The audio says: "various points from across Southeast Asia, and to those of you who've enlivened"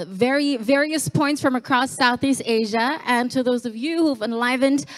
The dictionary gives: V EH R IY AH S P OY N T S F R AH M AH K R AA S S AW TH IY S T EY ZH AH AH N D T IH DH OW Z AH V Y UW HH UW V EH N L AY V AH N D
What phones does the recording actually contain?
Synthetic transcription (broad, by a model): V EH R IY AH S P OY N T S F R AH M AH K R AA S S AW TH IY S T EY ZH AH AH N T IH DH OW Z AH V Y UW HH UW V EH N L AY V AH N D